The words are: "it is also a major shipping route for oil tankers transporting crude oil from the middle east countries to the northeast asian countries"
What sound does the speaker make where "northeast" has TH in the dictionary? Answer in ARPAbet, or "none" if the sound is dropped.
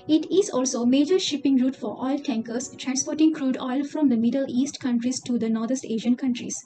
T